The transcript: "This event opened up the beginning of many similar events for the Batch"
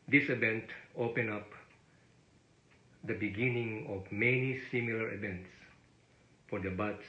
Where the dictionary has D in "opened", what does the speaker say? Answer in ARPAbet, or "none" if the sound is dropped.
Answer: none